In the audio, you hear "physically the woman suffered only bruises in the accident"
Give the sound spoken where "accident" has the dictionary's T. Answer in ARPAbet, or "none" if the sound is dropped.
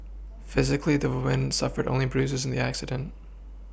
T